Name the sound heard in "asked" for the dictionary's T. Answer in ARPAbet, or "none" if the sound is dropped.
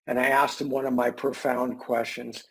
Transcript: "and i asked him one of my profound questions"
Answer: T